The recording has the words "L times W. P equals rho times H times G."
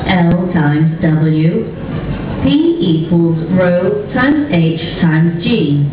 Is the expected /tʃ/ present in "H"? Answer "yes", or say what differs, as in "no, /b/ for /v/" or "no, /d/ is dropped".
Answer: yes